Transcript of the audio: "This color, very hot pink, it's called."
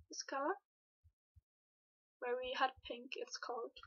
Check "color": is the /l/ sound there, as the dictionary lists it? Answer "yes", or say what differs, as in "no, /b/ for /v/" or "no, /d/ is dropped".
no, /w/ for /l/